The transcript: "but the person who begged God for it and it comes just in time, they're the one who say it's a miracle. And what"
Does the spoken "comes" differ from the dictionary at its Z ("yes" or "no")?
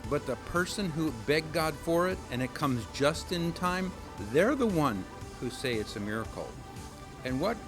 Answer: no